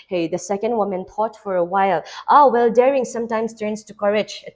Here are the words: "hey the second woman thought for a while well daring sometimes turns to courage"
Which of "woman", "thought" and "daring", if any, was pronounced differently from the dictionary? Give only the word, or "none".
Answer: thought